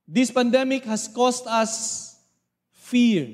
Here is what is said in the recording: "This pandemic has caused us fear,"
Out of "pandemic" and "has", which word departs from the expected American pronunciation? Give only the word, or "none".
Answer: has